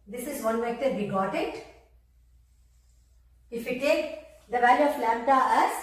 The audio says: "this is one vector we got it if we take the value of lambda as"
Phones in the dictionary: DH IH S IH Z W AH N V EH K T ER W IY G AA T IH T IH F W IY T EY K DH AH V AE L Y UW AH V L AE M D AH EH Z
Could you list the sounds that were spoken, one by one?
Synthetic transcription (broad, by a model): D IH S IH Z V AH N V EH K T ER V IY G AA T IH T IH F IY T EY K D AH V AE L Y UW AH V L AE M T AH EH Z